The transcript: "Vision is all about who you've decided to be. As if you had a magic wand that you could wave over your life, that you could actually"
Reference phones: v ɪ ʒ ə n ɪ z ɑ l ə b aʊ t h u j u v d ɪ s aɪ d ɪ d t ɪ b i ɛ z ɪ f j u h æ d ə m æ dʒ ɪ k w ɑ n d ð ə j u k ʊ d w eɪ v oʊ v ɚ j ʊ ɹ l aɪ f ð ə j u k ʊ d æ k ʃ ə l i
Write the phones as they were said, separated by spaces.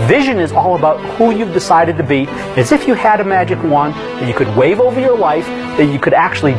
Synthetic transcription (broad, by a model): v ɪ ʒ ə n ɪ z ɑ l ə b aʊ t h u j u v d ɪ s aɪ d ɪ d t ɪ b i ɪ z ɪ f j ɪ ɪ d ə m æ dʒ ɪ k w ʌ n ð ə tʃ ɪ k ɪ d w eɪ v oʊ v ɚ j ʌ ɹ l aɪ f ð ə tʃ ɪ k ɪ d æ k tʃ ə l i